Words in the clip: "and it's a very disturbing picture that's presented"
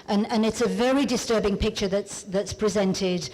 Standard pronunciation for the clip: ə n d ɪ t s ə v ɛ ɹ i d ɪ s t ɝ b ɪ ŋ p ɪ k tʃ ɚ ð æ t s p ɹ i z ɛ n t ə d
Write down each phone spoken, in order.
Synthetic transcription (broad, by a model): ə n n ɪ t s ə v ɛ ɹ i d ɪ s t ɝ b ɪ ŋ p ɪ k tʃ ɚ ð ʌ t s p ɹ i z ɛ n t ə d